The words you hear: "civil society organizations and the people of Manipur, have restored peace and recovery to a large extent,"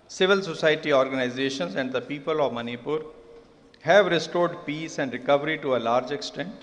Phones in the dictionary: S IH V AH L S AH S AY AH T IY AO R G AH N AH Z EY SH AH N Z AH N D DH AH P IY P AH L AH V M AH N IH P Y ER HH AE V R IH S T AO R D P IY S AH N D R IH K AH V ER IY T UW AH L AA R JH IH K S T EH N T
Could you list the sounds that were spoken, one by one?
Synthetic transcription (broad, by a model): S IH V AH L S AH S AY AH T IY AO R G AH N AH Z EY SH AH N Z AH N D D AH P IY P AH L AH V M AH N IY P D HH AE V R IH S T AO R D P IY S AH N D R IH K AH V ER IY T UW AH L AA R JH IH K S T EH N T